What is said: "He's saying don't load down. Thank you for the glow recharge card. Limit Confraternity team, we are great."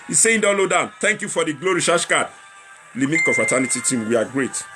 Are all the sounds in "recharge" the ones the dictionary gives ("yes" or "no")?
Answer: no